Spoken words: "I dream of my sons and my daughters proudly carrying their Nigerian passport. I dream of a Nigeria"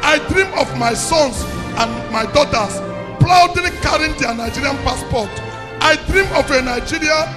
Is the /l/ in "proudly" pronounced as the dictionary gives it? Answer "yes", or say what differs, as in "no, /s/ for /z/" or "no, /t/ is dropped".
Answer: no, /l/ is dropped